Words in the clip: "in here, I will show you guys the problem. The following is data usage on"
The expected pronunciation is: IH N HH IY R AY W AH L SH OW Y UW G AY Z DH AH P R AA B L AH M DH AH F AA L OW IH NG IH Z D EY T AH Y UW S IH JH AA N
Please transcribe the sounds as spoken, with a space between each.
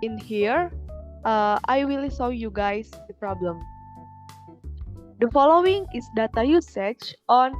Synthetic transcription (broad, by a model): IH N HH IY R AY W AH L S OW Y UW G AY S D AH P R AA B L AH M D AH F AA L OW IH NG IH S D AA T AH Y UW S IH CH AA N